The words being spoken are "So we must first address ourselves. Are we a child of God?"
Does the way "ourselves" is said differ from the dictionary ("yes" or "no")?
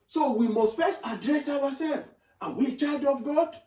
yes